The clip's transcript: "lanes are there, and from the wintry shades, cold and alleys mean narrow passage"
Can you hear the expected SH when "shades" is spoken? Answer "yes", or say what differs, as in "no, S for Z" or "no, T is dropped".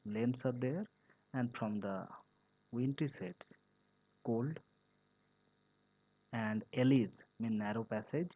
no, S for SH